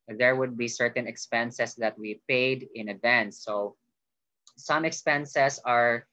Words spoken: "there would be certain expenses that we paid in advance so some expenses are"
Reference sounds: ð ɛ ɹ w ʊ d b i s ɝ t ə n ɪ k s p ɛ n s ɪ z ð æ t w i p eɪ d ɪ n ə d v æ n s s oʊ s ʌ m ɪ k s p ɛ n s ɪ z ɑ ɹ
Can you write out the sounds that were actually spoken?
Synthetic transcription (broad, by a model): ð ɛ ɹ w ʊ d b i s ɝ t ə n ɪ k s p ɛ n s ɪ s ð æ t w i p eɪ d ɪ n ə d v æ n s s oʊ s ʌ m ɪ k s p ɛ n s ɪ s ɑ ɹ